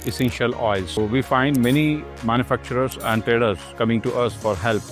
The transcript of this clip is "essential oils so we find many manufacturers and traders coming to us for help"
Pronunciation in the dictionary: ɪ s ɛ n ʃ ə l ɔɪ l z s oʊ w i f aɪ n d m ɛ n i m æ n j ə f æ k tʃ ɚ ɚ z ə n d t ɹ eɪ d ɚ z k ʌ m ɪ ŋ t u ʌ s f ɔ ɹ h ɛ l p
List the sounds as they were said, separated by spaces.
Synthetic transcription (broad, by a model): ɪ s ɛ n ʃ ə l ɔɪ z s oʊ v i f aɪ n d m ɛ n i m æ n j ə f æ k tʃ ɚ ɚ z ə n d t ɹ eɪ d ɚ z k ʌ m ɪ ŋ t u ʌ s f ɔ ɹ h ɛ l p